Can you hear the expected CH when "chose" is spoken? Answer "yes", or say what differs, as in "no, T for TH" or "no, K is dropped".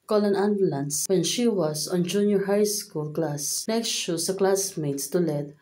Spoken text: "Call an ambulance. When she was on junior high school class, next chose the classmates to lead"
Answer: no, SH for CH